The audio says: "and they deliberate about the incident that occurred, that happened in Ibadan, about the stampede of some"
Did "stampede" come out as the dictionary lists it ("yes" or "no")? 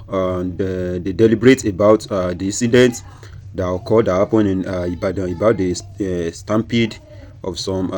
yes